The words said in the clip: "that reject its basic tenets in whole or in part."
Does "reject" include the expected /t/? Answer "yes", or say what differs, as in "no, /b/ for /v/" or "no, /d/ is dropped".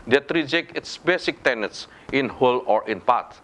no, /t/ is dropped